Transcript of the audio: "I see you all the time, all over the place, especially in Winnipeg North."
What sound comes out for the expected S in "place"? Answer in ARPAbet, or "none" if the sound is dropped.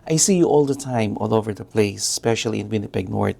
none